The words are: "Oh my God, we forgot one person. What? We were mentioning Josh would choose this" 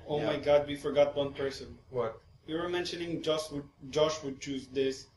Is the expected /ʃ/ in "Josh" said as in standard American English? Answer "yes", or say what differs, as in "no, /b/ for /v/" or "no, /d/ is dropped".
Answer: yes